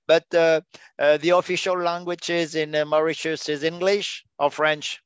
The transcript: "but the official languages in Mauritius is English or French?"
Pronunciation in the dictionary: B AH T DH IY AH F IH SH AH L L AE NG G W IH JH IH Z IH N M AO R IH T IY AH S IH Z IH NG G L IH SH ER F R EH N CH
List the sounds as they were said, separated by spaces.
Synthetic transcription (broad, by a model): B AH T DH IY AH F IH SH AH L L AE NG G W IH JH IH Z IH N M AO R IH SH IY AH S IH Z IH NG G L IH SH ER F R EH N CH